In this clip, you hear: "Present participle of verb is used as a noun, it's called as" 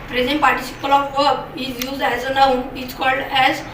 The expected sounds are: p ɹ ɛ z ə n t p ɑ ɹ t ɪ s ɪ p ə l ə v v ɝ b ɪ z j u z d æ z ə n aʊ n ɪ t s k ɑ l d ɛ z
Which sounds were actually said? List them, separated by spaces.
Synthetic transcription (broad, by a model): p ɹ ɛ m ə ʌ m p ɑ ɹ t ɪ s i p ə l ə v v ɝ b ɪ z j u z d æ z ə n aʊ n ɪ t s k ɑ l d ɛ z